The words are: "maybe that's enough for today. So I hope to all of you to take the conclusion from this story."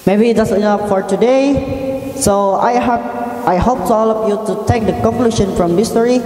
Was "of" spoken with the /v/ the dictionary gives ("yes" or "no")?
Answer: no